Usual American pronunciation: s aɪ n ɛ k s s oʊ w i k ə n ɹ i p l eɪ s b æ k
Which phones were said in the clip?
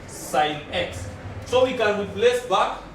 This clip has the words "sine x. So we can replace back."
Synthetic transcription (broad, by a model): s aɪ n ɛ k s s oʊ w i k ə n w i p l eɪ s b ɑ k